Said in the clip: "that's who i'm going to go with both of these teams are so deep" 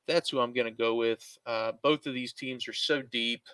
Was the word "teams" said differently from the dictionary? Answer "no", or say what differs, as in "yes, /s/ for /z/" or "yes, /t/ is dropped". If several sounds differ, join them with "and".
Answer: no